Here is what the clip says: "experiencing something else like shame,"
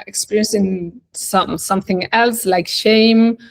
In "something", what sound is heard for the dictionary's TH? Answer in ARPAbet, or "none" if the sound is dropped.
TH